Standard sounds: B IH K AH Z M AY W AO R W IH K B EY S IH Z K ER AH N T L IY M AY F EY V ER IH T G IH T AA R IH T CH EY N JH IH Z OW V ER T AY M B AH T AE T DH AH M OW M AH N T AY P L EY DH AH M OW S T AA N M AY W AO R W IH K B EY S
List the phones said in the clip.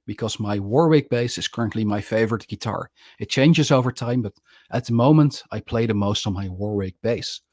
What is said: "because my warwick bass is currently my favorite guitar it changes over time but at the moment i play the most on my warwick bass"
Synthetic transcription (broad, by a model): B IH K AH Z M AY W AO R W IH K B EY S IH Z K ER AH N T L IY M AY F EY V ER IH T G IH T AA R IH T CH EY N JH IH Z OW V ER T AY M B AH T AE T DH AH M OW M AH N T AY P L EY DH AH M OW S T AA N M AY W AO R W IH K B EY S